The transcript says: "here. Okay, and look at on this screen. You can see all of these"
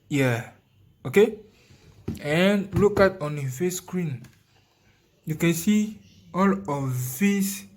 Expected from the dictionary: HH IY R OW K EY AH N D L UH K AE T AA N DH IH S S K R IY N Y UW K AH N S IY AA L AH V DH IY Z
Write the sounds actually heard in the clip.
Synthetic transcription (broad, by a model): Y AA OW K EY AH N L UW K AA T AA N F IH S S K R IY N Y UW K AH N S IY AA L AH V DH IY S